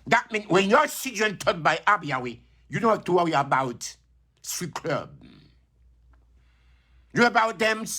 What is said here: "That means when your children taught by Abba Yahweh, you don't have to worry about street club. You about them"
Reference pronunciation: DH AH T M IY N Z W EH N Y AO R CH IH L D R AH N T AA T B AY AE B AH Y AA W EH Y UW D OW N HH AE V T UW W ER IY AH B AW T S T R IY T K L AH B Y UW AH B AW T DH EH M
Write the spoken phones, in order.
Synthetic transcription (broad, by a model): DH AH T M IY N W EH N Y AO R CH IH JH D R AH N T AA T B AY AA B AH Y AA W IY Y UW D OW N HH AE F T UW W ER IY AH B AW T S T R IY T K L AH B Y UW AH B AW T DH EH M